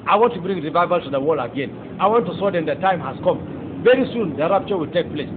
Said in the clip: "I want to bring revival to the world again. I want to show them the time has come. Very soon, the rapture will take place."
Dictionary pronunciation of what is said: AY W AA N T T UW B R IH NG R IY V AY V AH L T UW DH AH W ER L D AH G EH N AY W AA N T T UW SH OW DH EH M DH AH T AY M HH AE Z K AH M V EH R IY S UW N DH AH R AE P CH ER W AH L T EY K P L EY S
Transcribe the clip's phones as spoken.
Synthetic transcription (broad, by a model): AY W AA N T T UW B R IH NG R IY V AY V AH L T UW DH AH W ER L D AH G EH N AY W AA N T T UW S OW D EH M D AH T AY M HH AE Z K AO M V EH R IY S UW N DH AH R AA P CH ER W AH L T EY K P L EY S